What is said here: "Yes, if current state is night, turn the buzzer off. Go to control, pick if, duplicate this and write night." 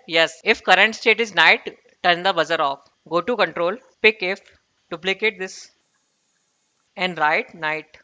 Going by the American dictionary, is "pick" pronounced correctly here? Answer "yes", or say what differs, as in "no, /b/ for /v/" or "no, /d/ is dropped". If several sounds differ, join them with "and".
yes